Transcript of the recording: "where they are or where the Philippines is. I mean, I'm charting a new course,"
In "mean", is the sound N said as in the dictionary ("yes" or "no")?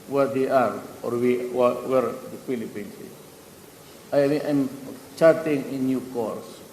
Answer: no